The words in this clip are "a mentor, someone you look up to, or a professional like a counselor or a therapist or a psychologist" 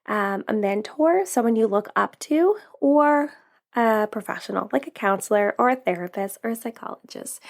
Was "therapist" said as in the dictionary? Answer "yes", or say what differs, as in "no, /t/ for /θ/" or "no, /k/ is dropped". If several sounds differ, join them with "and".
yes